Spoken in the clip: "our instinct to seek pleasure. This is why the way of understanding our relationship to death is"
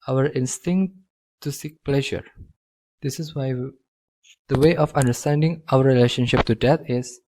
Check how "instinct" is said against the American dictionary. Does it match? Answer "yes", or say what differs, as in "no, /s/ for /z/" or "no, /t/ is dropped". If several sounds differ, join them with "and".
yes